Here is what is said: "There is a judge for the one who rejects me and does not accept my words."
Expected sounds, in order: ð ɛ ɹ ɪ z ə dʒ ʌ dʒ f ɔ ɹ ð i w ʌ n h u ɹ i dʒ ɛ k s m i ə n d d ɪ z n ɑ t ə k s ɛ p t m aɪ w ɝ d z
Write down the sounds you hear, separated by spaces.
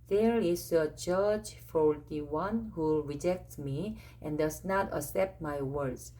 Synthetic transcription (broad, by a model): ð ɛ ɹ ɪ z ə dʒ ʌ dʒ f ɔ ɹ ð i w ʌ n h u ɹ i dʒ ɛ k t m i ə n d d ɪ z n ɑ t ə s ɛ p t m aɪ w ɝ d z